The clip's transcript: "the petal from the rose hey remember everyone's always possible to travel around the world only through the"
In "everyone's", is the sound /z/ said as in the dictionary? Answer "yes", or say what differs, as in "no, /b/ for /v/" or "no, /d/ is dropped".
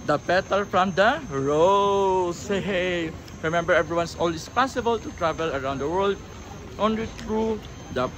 no, /s/ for /z/